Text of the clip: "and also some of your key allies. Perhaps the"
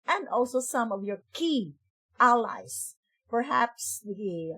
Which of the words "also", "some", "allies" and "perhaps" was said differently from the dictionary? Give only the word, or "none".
allies